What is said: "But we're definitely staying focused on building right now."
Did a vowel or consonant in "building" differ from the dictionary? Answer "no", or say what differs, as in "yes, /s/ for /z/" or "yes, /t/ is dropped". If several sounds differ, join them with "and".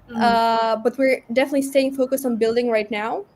no